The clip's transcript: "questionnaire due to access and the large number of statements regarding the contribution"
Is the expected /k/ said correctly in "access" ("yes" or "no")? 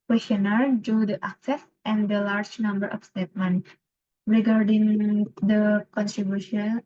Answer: yes